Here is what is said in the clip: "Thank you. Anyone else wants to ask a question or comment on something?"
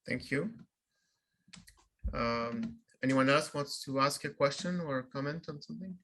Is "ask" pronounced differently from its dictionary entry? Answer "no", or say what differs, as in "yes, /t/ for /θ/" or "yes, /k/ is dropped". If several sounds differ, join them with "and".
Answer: no